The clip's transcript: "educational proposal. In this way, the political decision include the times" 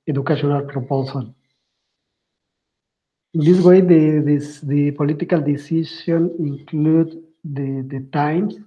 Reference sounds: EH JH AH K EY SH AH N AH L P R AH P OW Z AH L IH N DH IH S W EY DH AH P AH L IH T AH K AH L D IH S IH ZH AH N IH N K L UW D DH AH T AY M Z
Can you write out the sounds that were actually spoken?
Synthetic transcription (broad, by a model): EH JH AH K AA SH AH N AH L P R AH P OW S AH L IH N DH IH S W EY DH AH P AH L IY T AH K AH L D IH S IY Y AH N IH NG K L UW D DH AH T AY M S